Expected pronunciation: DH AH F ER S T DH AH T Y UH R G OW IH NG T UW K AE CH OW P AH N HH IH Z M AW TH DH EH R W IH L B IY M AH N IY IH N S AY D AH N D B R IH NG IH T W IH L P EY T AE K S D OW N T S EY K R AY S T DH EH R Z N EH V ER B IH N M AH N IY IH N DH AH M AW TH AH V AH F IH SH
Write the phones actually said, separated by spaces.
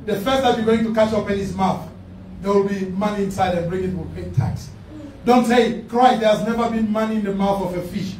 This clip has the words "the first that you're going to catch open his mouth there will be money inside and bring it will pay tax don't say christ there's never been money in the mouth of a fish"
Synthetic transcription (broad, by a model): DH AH F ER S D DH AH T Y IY G OW IH NG T UW K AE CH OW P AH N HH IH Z M AW TH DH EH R W IH L B IY M AH N IY IH N S AY D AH N B R IH NG IH T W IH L P EY T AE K S D OW N T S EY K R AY T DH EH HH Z N EH V ER B IH N M AH N IY IH N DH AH M AW TH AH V AH F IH SH